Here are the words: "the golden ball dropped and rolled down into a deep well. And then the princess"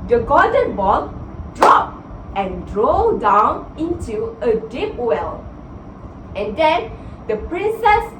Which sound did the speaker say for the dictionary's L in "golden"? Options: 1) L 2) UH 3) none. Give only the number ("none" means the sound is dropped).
3